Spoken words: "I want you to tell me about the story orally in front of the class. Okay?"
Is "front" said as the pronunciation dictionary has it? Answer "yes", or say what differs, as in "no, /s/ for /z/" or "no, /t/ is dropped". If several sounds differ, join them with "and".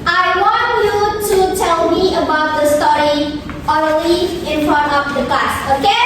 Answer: no, /t/ is dropped